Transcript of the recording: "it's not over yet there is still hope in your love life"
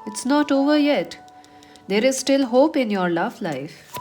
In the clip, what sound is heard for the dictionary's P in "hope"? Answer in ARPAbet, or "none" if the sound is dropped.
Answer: P